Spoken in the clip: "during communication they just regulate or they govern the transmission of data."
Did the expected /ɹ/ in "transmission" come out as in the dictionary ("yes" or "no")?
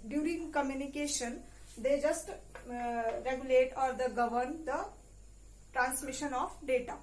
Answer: yes